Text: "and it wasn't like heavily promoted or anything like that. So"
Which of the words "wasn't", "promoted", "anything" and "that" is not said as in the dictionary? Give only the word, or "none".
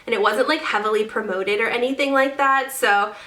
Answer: none